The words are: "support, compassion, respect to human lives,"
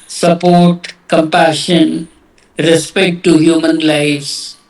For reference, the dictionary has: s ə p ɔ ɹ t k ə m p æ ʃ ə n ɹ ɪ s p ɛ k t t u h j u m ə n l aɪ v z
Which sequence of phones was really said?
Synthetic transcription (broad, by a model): s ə p ɔ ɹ t k ə m p æ ʃ ə n ɹ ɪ s p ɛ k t t u h j u m ə n l aɪ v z